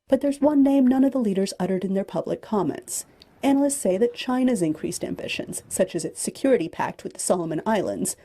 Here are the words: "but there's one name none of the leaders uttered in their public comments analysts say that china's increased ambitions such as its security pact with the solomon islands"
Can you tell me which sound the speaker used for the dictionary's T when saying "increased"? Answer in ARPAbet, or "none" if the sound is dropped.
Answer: T